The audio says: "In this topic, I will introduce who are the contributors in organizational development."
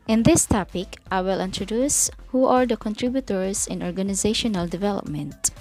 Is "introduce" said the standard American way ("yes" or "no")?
yes